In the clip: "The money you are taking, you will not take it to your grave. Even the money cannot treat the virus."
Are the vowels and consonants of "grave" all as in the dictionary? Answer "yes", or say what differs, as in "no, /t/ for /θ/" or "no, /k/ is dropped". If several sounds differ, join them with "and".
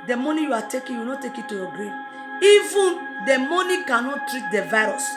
no, /v/ is dropped